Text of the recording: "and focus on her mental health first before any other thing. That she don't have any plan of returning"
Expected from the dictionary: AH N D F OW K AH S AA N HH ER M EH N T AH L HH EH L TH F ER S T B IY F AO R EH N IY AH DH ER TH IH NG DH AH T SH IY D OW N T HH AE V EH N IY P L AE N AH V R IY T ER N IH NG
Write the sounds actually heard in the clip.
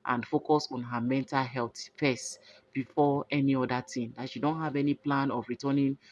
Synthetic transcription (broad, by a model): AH N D F OW K AH S AA N HH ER M EH N T AH L HH EH L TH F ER S T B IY F AO EH N IY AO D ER T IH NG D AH T SH IY D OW N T HH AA V EH N IY P L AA N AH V R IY T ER N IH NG